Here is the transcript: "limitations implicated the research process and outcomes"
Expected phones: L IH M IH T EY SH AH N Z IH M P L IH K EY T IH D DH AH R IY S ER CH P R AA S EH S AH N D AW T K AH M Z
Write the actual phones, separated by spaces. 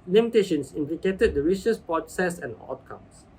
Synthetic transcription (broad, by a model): L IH M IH T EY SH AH N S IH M P L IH K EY T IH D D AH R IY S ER S P R AA S EH S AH N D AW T K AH M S